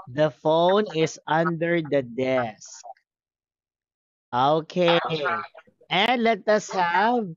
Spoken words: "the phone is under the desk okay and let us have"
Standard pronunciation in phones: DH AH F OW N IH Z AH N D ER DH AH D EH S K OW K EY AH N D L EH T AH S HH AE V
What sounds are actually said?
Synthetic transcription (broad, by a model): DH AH F OW N IH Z AH N D ER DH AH D EH S K OW K EY AH N D L EH T AH S HH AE V